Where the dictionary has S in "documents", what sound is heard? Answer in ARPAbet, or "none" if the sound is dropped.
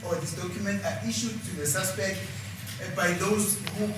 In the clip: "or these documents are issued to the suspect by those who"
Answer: none